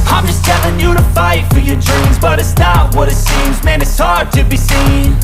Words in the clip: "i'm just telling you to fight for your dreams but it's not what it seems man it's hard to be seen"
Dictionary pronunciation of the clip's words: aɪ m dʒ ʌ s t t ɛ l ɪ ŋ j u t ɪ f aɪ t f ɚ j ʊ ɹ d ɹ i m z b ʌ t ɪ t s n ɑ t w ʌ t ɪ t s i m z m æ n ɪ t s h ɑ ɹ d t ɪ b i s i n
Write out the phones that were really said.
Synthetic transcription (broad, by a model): aɪ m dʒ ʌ s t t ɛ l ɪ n j u t ɪ f aɪ t f ɚ j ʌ ɹ d ɹ i m z b ʌ t ɪ t s n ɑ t w ʌ t ɪ t s i m z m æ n ɪ t s h ɑ ɹ d t ɪ b i s i n